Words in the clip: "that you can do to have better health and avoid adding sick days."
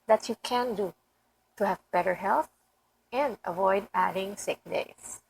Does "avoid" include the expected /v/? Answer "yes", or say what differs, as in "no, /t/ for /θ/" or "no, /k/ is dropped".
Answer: yes